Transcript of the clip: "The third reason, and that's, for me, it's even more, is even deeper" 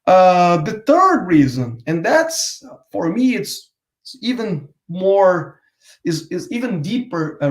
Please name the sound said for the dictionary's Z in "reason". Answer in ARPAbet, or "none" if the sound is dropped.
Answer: Z